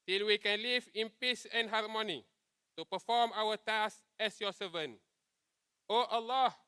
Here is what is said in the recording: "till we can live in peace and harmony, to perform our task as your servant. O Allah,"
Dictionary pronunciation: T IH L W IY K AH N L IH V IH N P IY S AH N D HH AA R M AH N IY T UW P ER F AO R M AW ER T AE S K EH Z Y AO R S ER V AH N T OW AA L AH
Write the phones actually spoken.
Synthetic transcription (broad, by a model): T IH L W IY K AH N L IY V IH N P IY S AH N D HH AA R M AH N IY T UW P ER F AO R M AW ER T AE S EH S Y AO S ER V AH N T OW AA L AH